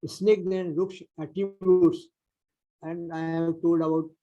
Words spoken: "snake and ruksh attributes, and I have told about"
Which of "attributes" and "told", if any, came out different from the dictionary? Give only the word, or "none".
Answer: attributes